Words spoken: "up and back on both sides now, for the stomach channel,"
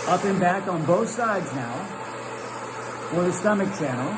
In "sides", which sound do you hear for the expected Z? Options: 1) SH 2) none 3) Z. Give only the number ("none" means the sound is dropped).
3